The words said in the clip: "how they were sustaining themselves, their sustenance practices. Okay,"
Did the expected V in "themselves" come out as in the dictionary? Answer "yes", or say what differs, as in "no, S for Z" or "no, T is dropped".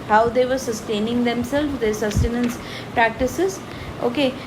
no, V is dropped